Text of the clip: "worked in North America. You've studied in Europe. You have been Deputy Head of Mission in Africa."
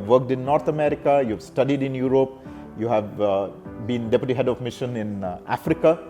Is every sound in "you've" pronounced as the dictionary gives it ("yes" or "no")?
yes